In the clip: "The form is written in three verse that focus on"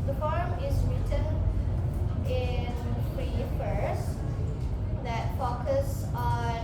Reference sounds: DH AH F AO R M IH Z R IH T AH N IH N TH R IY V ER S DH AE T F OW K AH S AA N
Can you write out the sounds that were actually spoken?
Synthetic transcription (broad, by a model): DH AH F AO R M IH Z R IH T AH N IH N F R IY F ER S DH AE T F OW K AH S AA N